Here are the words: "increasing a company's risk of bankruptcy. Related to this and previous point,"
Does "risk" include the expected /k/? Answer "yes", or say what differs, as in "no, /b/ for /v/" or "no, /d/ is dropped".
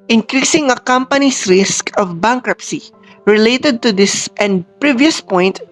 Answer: yes